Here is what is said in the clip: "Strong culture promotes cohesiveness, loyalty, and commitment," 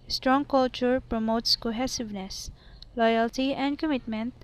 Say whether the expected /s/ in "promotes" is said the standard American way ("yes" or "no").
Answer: yes